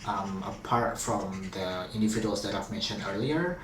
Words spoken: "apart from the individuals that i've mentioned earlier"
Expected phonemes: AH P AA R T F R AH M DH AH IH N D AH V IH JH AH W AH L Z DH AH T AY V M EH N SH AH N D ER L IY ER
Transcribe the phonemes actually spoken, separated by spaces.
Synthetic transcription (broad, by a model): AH P AA R T F R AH M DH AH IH N D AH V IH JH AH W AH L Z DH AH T AY V M EH N SH AH N D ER L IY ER